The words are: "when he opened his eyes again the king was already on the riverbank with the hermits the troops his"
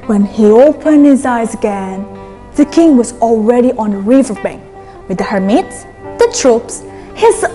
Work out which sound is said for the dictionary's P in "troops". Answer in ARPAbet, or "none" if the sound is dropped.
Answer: P